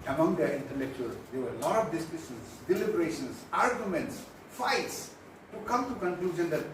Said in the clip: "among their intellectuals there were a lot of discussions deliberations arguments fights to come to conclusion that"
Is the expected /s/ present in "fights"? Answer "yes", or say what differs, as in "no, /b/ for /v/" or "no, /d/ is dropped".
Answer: yes